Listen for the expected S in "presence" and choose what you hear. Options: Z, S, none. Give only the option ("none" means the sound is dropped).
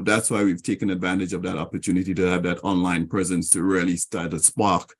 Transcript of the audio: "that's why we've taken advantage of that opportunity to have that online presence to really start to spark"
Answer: S